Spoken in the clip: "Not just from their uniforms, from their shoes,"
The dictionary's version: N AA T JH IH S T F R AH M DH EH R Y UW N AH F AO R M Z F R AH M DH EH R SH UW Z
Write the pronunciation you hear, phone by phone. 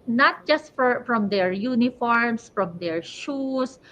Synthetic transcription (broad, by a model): N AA T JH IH S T F R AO M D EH R Y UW N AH F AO R M S F R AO M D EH R SH UW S